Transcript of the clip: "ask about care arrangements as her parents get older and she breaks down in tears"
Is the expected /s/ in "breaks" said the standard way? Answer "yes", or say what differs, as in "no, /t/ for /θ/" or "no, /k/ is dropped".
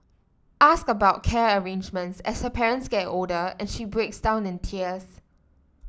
yes